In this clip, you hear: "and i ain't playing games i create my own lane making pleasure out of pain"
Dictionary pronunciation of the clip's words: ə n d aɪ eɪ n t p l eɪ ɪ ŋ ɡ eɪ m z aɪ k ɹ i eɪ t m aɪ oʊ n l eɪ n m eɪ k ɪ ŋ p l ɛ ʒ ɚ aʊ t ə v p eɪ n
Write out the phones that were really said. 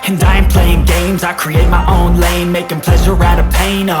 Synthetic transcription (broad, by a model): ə n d aɪ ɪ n p l eɪ ɪ ŋ ɡ eɪ m z aɪ k ɹ i eɪ t m aɪ oʊ n l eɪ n m eɪ k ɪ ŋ p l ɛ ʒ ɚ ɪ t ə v p eɪ n